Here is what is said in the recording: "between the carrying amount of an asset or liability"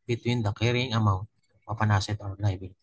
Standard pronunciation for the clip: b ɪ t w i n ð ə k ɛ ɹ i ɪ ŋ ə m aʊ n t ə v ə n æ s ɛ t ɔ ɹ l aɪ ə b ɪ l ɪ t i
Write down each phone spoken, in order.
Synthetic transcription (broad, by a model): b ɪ t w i n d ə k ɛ ɹ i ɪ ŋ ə m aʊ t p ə p ə n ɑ s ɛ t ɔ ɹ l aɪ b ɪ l